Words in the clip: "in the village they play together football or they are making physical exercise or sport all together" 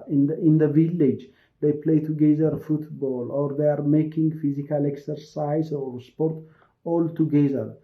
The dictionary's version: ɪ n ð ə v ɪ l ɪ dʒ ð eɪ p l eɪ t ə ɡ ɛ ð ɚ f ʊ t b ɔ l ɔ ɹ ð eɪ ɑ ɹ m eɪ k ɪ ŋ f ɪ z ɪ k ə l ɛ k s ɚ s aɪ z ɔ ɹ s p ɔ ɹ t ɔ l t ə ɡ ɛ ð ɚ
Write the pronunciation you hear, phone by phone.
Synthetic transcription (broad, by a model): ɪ n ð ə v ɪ l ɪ dʒ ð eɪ p l eɪ t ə ɡ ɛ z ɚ f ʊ t b ɔ l ɔ ɹ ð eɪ ɑ ɹ m eɪ k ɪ ŋ f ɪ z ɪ k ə l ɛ k s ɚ s aɪ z ɔ ɹ s p ɔ ɹ t ɔ l t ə ɡ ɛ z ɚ